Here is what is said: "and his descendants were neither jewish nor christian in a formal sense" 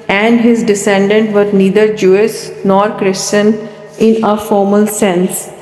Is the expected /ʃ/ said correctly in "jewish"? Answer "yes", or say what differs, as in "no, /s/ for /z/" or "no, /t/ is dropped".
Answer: no, /s/ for /ʃ/